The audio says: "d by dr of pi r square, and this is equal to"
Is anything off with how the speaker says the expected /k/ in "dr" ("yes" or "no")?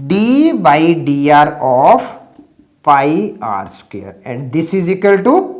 yes